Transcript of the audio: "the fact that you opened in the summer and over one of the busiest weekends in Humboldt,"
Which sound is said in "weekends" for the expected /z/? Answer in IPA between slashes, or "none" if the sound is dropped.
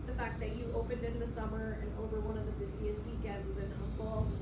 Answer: /z/